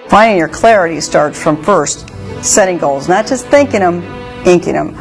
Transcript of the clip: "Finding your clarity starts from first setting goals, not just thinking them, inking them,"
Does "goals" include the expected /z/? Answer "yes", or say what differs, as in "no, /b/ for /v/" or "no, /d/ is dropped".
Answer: yes